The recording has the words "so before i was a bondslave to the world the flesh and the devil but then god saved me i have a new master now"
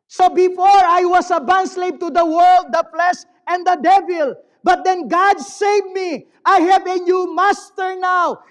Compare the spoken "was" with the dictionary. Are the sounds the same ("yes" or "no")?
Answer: no